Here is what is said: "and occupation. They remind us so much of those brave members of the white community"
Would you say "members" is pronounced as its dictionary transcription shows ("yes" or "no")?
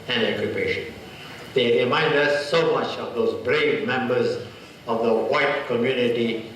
yes